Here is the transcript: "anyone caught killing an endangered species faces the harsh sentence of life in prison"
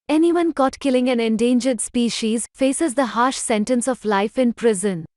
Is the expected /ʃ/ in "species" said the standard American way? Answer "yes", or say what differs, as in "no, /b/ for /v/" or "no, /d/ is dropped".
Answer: yes